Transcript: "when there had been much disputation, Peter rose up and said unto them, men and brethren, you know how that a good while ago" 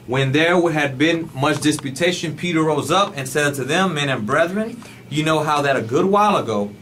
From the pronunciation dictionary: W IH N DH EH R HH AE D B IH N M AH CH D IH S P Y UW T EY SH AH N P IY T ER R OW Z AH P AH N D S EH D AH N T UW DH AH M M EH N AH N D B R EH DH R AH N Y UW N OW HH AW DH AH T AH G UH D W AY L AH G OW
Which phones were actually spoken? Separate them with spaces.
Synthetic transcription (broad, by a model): W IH N DH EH R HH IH D B IH N M AH CH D IH S P Y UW T EY SH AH N P IY T ER R OW Z AH P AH N S EH D T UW DH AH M M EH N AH N B R EH DH R AH N Y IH N OW HH AW DH AH T AH G UH D W AY L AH G OW